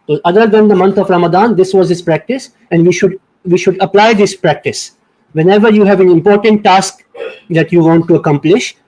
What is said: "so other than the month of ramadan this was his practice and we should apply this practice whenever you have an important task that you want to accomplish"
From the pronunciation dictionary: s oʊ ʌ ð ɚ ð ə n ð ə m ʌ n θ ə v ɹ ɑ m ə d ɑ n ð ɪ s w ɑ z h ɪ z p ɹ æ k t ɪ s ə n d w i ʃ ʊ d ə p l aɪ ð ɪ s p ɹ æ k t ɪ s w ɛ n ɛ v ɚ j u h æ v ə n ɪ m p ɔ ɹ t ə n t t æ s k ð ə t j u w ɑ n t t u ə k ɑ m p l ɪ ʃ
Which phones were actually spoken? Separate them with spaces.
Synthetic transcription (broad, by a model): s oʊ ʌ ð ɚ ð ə n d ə m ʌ n t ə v ɹ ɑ m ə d ɑ n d ɪ s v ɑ z h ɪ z p ɹ æ k t ɪ s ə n d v i ʃ ʊ d ə p l aɪ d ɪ s p ɹ æ k t ɪ s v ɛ n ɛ v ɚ j u h æ v ə n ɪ m p ɔ ɹ t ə n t t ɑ s k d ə t j u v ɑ n t t u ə k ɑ m p l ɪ ʃ